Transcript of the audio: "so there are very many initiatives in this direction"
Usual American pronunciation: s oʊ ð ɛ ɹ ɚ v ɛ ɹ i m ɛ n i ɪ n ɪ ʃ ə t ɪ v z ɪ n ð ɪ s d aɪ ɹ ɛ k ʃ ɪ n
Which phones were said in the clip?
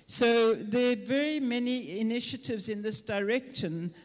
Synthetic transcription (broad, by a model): s oʊ ð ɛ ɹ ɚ v ɛ ɹ i m ɛ n i ɪ n ɪ ʃ ə t ɪ v z ɪ n ð ɪ s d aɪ ɹ ɛ k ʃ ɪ n